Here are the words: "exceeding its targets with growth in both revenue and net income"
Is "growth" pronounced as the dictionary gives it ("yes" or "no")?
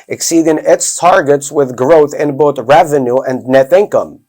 yes